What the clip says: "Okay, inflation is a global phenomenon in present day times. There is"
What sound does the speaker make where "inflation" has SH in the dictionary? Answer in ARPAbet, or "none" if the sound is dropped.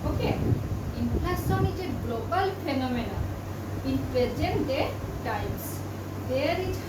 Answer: S